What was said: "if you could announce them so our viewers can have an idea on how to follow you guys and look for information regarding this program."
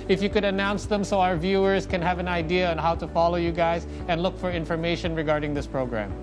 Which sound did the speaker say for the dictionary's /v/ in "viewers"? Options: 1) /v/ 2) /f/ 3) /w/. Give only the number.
1